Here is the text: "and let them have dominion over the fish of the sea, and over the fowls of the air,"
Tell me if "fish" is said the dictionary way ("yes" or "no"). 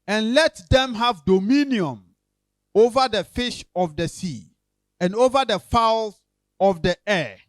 yes